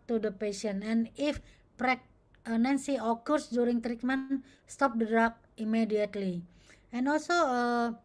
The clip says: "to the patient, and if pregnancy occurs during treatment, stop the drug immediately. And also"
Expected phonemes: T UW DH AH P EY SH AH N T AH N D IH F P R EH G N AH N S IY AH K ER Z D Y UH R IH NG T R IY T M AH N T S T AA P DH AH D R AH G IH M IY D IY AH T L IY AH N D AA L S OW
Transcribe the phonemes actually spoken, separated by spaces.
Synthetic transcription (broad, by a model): T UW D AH P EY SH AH N AH N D IH F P R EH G N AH N S IY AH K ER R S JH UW R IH NG T R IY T M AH N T S T AA P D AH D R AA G IH M IY D IY AH T L IY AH N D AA L S OW